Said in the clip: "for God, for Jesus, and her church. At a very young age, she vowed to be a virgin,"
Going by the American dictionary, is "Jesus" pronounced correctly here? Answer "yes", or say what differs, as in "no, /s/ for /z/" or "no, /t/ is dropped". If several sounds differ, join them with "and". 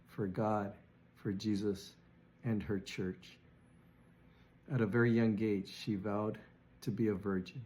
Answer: yes